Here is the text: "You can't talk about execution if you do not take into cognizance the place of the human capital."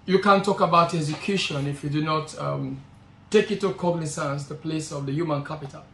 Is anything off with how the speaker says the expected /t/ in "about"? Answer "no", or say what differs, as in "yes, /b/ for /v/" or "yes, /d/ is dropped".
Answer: no